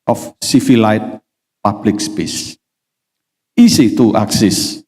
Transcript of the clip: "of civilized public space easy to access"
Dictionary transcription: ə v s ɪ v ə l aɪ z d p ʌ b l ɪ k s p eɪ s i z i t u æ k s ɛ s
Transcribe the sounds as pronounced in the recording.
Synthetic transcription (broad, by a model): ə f s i f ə l aɪ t p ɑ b l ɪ k s p eɪ s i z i t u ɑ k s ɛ s